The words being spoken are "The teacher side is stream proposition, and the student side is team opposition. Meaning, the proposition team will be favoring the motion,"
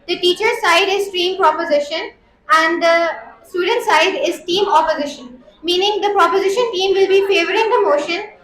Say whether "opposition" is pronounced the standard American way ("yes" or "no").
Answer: yes